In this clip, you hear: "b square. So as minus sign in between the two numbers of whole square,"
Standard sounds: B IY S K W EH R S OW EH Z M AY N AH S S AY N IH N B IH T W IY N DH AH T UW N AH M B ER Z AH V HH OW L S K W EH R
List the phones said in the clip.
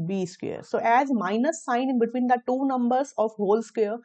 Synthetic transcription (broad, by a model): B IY S K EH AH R S OW EH Z M AY N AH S S AY N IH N B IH T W IY N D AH T UW N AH M B ER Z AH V HH OW L S K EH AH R